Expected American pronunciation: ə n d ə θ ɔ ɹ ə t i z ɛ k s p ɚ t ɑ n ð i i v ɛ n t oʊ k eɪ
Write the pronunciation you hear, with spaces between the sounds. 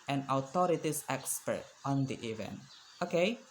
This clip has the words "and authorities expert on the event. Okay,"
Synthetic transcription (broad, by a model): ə n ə t ɔ ɹ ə t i s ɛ k s p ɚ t ɑ n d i i v ɛ n t oʊ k eɪ